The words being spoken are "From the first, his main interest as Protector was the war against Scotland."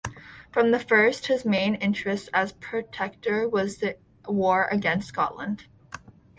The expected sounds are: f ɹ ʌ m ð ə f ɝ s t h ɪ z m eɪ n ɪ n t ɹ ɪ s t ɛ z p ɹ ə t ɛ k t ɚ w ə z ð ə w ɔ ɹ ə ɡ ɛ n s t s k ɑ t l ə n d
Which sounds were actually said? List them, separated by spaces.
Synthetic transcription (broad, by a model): f ɹ ʌ m ð ə f ɝ s t h ɪ z m eɪ n ɪ n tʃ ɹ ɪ s t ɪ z p ɹ ə t ɛ k t ɚ w ə z ð ə w ɔ ɹ ə ɡ ɛ n s t s k ɑ t l ə n d